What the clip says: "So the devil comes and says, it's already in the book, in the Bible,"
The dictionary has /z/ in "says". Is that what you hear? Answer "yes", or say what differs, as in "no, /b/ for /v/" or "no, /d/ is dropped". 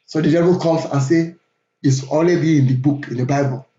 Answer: no, /z/ is dropped